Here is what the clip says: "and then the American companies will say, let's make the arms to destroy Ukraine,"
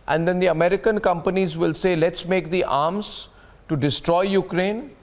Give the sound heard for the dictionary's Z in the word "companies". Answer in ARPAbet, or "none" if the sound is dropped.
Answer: Z